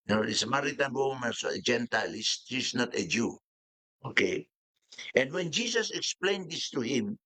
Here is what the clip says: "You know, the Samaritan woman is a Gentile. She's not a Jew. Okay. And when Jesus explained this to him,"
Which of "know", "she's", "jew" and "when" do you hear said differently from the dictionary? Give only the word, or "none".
she's